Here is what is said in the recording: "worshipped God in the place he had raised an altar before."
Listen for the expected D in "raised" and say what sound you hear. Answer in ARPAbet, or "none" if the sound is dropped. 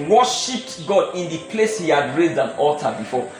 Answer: D